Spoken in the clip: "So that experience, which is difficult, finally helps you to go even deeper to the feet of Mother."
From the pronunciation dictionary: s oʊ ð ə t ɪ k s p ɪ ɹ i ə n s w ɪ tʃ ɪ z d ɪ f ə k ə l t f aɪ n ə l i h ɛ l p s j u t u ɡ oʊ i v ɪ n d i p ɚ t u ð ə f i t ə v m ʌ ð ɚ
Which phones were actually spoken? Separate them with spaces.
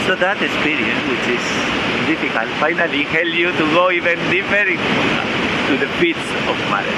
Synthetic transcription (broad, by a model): s oʊ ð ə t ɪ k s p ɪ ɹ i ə n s w ɪ tʃ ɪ s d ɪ f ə k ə l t f aɪ n ə l i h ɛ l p j u t u ɡ oʊ i v ɪ n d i f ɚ t u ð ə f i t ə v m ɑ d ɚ